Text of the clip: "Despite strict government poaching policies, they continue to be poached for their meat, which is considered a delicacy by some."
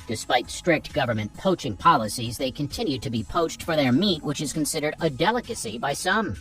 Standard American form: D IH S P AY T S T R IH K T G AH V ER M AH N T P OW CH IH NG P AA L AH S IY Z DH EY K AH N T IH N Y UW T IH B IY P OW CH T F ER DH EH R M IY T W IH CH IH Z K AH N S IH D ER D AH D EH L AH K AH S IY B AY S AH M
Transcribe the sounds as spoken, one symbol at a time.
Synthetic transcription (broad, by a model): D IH S P AY T S T R IH K T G AH V ER M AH N P OW CH IH NG P AA L AH S IY Z DH EY K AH N T IH N Y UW T IH B IY P OW CH T F ER DH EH R M IY T W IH CH IH Z K AH N S IH D ER D AH D EH L AH K AH S IY B AY S AH M